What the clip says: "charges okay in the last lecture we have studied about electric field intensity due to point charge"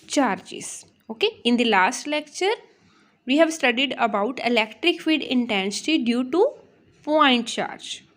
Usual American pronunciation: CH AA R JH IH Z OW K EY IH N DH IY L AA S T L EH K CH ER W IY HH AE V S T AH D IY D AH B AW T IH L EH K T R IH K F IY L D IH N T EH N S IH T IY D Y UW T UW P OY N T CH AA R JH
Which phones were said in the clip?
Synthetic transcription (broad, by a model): CH AA R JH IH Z OW K EY IH N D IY L AA S T L EH K CH ER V IY HH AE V S T AH D IY D AH B AW T IH L EH K T R IH K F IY D IH N T EH N S IH T IY D Y UW T UW P OY N T CH AA R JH